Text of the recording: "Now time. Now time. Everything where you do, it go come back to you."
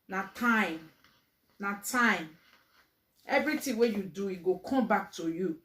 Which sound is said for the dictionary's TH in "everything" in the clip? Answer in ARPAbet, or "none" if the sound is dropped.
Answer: T